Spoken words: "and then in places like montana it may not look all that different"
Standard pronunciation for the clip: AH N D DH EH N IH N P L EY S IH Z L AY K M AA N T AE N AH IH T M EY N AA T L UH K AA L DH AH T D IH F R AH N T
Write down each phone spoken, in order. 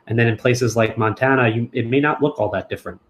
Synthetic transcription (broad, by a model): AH N DH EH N IH N P L EY S IH Z L AY K M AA N T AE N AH IH T M EY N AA T L UH K AA L DH AH T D IH F R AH N T